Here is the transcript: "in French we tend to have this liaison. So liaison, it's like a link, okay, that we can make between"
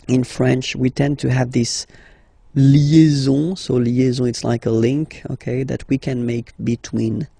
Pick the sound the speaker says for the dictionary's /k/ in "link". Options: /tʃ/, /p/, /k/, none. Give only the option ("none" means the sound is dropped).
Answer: /k/